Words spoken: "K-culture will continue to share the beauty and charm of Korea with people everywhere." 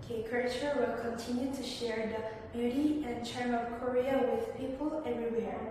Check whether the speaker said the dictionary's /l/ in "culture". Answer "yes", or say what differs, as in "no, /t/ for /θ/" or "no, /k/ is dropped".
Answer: no, /l/ is dropped